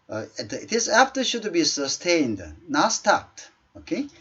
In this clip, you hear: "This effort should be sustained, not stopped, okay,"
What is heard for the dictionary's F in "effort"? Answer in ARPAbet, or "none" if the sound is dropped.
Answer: P